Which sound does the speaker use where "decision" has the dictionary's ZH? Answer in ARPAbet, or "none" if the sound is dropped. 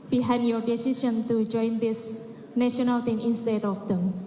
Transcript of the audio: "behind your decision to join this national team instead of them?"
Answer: SH